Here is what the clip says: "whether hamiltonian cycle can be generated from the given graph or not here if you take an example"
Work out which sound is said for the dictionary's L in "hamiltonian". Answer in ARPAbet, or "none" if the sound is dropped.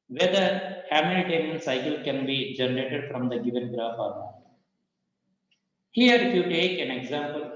none